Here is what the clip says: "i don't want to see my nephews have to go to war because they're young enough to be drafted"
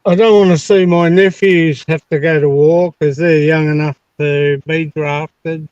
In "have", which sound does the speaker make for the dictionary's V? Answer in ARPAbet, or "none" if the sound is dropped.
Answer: F